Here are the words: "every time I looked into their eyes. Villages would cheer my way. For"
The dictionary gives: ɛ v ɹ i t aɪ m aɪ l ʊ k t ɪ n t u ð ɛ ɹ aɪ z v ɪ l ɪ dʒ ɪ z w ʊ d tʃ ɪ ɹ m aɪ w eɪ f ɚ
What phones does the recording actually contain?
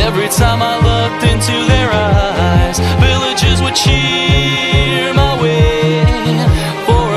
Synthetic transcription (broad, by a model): ɛ v ɹ i t aɪ m aɪ l ʊ k t ɪ n t u ð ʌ ɹ aɪ z v ɪ l ɪ dʒ ɪ z w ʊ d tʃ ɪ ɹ m aɪ w eɪ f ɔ